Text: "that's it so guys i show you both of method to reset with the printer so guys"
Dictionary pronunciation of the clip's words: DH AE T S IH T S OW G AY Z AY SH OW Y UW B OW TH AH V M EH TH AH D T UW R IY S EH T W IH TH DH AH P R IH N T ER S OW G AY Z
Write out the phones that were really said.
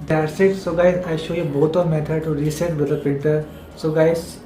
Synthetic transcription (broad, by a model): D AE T S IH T S OW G AY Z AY SH OW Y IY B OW T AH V M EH T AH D T UW R IY S EH T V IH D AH P IH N T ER S OW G AY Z